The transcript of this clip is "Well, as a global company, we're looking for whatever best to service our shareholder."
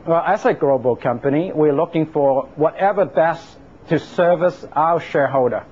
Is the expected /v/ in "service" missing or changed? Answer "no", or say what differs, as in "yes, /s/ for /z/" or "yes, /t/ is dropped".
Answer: no